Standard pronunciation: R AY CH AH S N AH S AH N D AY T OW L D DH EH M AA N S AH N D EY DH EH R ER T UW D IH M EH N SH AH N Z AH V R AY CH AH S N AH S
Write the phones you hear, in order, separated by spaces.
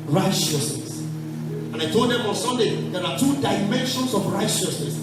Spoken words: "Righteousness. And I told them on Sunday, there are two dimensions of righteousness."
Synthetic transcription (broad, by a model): R AY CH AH S N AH S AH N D AY T OW L D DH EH M AA N S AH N D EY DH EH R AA T UW D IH M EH N SH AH N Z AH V R AY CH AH S N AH S